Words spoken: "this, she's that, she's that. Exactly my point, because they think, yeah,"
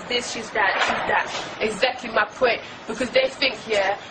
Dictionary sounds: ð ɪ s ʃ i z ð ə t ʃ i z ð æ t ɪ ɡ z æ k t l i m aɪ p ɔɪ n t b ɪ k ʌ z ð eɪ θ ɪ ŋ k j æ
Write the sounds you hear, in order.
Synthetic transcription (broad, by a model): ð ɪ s ʃ i z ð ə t ʃ i z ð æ t ɪ ɡ z æ k t l i m aɪ p ɔɪ n t b ɪ k ʌ z ð eɪ θ ɪ ŋ k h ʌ